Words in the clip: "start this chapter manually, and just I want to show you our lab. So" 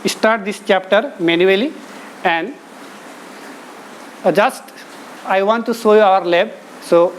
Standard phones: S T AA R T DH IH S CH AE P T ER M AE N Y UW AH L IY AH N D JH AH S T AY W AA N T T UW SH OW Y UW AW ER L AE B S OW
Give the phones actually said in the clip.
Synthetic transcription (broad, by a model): S T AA R T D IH S CH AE P T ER M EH N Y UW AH L IY AH N D JH AH S T AY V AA N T T UW S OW Y UW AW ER L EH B S OW